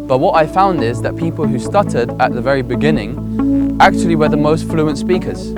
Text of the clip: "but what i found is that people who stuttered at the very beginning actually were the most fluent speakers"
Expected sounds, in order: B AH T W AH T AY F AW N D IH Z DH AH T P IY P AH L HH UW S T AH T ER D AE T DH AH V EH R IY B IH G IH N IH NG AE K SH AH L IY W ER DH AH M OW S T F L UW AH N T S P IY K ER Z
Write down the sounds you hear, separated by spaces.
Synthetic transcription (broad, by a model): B AH T W AH T AY F AW N D IH Z DH AH T P IY P AH L HH UW S T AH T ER D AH T DH AH V EH R IY B IH G IH N IH NG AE K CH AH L IY W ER DH AH M OW S T F L UW AH N T S P IY K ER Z